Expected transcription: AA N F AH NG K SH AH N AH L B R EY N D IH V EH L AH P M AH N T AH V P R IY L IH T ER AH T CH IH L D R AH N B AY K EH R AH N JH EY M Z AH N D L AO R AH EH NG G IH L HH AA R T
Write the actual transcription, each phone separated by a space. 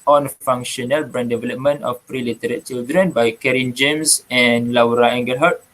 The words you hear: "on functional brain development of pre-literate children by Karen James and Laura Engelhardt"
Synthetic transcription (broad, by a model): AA N F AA NG K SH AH N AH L B R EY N D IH V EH L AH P M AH N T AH F P R IY L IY T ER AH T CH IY L D R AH N B AY K EH R AH N JH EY M S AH N L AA R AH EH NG G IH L HH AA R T